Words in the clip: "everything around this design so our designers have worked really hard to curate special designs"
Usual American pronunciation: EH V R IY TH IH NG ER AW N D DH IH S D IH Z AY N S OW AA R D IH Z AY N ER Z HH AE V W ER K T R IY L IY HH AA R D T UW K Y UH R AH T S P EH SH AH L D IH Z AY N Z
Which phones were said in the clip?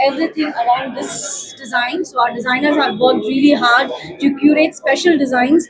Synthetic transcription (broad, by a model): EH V R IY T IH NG ER AW N D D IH S D IH Z AY N S OW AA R D IH Z AY N ER Z HH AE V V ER K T R IY L IY HH AA R D T UW K Y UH R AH T S P EH SH AH L D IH Z AY N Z